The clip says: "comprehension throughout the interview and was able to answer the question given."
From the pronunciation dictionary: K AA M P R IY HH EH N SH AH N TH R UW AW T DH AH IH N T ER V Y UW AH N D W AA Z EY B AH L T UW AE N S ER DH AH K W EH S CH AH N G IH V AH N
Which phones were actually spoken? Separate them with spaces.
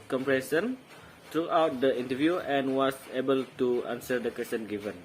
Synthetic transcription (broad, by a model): K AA M P R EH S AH N T R UW AW T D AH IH N T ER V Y UW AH N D W AA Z EY B AH L T UW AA N S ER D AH K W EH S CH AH N G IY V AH N